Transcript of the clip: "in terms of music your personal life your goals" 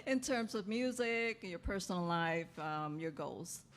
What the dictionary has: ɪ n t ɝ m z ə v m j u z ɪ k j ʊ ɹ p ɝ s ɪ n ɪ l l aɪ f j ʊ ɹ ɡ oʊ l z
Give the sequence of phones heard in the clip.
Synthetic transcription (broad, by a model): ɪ n t ɝ m z ə v m j u z ɪ k j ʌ ɹ p ɝ s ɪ n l l aɪ f j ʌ ɹ ɡ oʊ l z